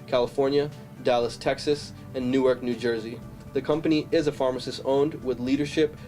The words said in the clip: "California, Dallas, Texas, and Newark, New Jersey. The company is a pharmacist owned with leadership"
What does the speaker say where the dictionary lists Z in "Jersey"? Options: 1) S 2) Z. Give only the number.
2